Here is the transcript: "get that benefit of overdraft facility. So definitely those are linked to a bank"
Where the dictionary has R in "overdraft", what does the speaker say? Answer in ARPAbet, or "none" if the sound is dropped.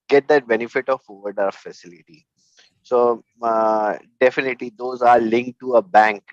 none